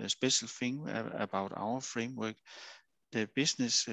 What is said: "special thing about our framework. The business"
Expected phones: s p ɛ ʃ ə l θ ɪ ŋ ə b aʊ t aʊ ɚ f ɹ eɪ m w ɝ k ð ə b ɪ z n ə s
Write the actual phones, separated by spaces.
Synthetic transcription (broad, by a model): s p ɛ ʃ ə l f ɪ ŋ ə b aʊ t aʊ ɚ f ɹ eɪ m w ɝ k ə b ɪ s n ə s